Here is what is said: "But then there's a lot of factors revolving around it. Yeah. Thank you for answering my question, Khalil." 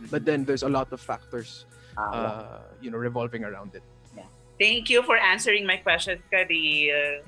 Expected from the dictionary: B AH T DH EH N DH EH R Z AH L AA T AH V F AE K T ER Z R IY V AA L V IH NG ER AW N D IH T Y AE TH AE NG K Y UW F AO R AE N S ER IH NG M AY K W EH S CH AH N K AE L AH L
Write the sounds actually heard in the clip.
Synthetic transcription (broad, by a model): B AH T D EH N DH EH R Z AH L AA T AH V F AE K T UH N R IY V AA L V IH NG ER AW N D IH T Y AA T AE NG K Y UW F AO R AE N S ER IH NG M AY K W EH S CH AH N K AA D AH